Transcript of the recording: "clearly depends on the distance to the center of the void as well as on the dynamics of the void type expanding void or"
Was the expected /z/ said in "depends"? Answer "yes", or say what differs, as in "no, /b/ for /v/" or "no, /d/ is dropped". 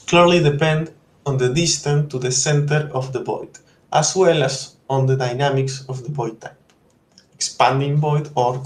no, /z/ is dropped